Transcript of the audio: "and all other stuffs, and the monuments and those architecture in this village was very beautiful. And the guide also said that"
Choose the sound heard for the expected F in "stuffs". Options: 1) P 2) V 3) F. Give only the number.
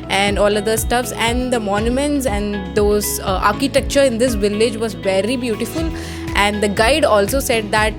3